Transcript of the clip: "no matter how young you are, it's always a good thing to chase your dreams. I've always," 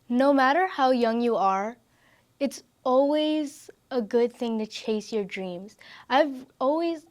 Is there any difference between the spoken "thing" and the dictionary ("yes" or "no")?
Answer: no